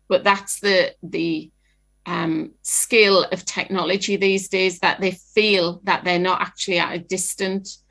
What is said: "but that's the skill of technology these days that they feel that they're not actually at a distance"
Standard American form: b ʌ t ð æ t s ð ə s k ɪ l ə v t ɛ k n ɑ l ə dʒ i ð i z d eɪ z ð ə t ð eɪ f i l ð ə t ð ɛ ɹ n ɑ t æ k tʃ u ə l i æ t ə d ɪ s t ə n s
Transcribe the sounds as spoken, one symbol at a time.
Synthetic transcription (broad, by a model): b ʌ t ð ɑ t s ð ə s k ɪ l ə v t ɛ k n ɑ l ə dʒ i ð i z d eɪ z ð ə t ð eɪ f i l ð ə t ð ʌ n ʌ t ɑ k tʃ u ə l i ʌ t ə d ɪ s t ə n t